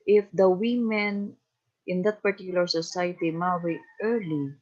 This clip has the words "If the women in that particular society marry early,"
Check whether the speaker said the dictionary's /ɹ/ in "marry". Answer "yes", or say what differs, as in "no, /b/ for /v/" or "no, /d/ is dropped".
no, /w/ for /ɹ/